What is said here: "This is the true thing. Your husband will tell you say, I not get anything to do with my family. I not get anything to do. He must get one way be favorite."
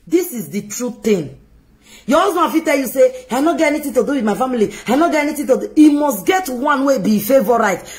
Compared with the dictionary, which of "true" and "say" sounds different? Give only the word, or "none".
none